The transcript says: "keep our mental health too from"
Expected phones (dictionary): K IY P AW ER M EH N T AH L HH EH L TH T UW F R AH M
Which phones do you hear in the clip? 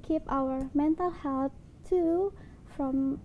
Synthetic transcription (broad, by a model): K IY P AW ER M EH N T AH L HH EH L T T UW F R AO M